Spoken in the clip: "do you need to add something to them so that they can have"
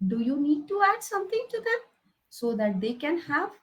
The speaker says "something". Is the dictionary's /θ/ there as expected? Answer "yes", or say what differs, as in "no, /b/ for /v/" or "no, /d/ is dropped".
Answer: no, /t/ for /θ/